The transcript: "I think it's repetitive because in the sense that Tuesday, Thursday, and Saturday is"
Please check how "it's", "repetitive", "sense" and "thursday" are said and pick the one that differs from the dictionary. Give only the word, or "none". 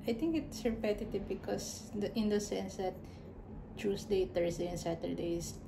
thursday